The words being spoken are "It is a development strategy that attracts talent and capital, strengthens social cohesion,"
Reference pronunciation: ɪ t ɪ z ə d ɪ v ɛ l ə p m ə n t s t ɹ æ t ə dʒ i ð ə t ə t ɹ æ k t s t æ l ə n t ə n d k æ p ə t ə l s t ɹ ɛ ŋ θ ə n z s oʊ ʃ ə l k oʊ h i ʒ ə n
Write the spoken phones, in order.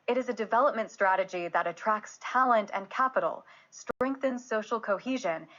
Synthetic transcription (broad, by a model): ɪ t ɪ z ə d ɪ v ɛ l ə p m ə n t s t ɹ æ t ə dʒ i ð ə t ə t ɹ æ k t s t æ l ə n t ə n k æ p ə t l s t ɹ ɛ ŋ θ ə n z s oʊ ʃ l k oʊ h i ʒ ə n